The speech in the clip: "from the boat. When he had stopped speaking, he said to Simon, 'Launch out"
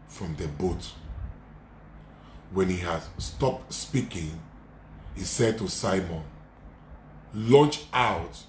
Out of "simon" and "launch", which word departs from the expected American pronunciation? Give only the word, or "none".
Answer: none